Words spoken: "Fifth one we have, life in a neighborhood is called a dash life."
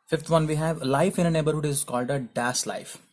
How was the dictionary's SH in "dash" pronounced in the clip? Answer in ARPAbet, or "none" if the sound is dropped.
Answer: S